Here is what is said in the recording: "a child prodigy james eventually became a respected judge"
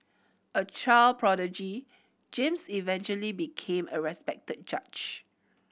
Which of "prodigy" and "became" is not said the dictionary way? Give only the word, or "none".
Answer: none